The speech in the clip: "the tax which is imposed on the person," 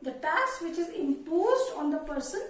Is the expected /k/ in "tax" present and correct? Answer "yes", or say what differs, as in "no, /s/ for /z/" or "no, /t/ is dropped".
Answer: no, /k/ is dropped